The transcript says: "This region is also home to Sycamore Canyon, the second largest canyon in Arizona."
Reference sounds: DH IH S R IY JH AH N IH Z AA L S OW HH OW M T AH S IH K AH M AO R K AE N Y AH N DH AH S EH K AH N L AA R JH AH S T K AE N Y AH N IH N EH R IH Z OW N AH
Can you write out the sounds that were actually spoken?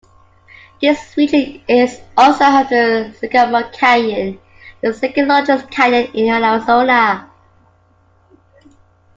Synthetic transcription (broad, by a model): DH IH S W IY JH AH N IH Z AA L S OW HH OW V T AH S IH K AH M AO K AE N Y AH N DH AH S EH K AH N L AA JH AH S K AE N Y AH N IH N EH L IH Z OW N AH